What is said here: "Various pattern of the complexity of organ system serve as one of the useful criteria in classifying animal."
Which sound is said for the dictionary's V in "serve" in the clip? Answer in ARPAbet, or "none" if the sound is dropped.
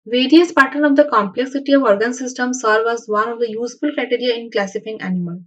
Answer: V